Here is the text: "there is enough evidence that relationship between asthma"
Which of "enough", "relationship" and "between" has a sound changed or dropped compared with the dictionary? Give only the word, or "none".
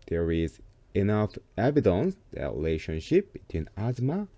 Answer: none